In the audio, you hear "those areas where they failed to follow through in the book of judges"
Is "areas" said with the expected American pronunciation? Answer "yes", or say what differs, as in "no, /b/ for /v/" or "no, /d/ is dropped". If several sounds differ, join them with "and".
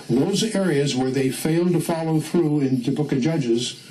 yes